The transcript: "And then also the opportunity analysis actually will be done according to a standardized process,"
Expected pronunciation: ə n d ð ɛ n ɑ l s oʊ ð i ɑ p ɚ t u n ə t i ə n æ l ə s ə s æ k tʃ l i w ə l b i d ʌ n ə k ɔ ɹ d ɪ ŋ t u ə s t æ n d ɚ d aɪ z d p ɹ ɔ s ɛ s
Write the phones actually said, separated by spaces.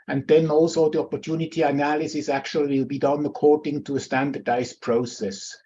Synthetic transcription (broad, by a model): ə n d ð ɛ n ɑ l s oʊ ð i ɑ p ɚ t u n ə t i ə n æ l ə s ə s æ k tʃ i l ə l b i d ʌ n ə k ɔ ɹ d ɪ ŋ t u ə s t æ n d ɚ d aɪ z p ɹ ɔ s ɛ s